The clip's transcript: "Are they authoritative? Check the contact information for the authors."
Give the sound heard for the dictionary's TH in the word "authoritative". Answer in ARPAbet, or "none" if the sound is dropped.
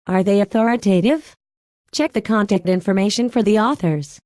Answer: TH